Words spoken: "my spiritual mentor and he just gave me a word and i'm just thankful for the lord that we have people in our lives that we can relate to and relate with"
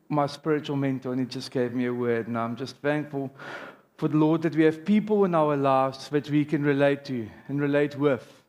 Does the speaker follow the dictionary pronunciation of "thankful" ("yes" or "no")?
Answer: yes